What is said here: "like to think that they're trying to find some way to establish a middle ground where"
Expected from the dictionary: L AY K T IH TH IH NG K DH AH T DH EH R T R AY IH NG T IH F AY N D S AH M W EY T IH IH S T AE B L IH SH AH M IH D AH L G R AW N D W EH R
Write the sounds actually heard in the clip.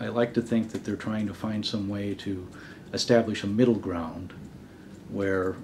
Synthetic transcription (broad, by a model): L AY K T IH TH IH NG K DH AH T DH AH R T R AY IH NG T IH F AY N D S AH M W EY T IH IH S T AE B L IH SH AH M IH D L G R AW N D W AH R